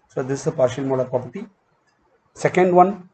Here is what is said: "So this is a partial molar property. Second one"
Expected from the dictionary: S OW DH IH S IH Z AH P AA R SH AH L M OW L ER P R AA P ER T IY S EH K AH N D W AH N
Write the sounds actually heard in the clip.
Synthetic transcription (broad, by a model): S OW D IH S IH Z AH P AA R SH AH L M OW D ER P R AA P ER T IY S EH K AH N D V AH N